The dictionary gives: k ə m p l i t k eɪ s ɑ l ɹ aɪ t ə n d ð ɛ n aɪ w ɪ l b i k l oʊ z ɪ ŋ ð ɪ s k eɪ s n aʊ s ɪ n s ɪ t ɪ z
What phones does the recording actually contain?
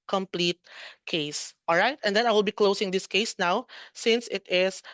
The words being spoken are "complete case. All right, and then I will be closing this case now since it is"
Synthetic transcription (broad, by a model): k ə m p l i t k eɪ s ɑ l ɹ aɪ t ə n d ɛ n aɪ w ɪ l b i k l oʊ s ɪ ŋ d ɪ s k eɪ s n aʊ s ɪ n s ɪ t ɪ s